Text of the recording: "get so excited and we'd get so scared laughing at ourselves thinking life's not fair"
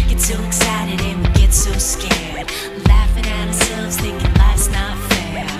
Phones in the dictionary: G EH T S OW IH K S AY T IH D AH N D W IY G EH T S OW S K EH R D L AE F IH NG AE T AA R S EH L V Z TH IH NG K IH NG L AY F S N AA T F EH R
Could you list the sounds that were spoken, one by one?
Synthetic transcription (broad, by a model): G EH T S OW IH K S AY T IH D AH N W IY G EH T S OW S K EH R D L AE F IH NG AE T AA R S EH L V Z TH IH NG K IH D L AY S N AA T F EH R